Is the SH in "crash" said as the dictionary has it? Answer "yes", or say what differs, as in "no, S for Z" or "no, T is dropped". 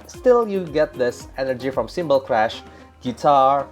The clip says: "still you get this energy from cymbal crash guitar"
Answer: yes